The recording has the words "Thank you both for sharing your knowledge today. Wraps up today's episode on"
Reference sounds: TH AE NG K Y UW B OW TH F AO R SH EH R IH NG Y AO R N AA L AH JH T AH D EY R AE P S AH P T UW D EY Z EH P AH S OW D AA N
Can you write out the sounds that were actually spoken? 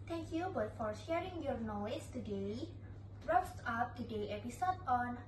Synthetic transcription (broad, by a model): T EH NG K Y UW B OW T F AO R SH EH R IH NG Y AO R N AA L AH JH T AH D EY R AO F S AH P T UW D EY EH P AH S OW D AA N